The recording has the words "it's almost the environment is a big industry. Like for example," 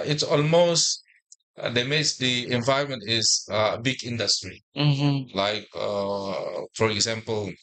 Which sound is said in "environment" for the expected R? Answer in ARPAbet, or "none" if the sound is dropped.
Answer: none